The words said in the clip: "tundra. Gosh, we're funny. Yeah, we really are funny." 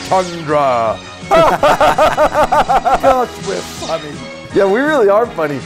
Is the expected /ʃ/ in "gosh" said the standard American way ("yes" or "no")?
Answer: no